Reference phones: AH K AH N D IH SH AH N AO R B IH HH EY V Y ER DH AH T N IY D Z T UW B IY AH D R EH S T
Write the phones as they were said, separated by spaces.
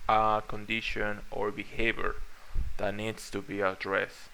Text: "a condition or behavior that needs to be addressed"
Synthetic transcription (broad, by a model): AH K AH N D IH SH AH N AO R B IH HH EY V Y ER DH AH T N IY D S T UW B IY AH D R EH S